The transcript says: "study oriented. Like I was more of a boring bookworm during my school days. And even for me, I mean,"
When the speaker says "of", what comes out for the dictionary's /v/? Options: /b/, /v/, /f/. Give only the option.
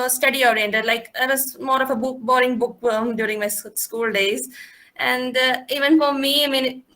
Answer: /b/